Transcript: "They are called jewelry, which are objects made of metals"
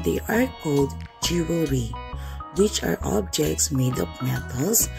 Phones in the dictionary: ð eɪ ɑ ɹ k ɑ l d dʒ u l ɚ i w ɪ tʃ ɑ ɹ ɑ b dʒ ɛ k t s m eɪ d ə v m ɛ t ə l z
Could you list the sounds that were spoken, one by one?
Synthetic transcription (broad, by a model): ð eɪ ɑ ɹ k ɑ l d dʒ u w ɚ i w ɪ tʃ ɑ ɹ ɑ b dʒ ɛ k t s m eɪ d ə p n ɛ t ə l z